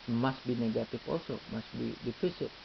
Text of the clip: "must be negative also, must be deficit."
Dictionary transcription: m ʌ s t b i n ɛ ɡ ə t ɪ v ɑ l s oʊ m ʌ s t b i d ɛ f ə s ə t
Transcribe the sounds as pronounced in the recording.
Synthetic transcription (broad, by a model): m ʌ s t b i n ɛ ɡ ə t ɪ f ɑ l s oʊ m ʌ s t b i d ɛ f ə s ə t